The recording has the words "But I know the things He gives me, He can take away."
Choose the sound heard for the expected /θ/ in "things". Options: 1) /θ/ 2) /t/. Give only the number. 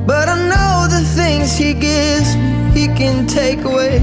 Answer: 1